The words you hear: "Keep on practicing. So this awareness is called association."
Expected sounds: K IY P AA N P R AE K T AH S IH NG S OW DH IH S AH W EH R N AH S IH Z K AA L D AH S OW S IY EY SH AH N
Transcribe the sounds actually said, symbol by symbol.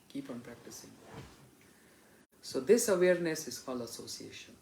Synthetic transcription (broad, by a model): K IY P AA N P R AE K T AH S IH NG S OW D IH S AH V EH R N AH S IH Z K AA L AH S OW S IY EY SH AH N